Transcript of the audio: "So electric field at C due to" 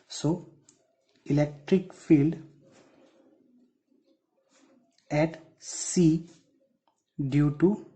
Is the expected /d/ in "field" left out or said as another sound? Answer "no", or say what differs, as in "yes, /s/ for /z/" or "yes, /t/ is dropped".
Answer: no